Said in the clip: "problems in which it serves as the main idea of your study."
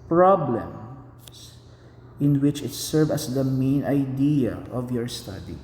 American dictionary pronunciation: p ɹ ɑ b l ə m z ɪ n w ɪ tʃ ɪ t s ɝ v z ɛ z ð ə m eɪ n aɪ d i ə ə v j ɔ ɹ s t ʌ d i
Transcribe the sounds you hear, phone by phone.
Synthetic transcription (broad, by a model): p ɹ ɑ b l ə m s ɪ n w ɪ tʃ ɪ t s ɝ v ʌ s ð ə m eɪ n aɪ d i ə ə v j ɔ ɹ s t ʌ d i